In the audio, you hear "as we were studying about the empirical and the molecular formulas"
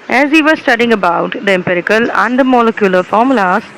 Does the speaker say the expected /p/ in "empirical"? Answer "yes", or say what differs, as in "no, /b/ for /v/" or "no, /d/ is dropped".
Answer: yes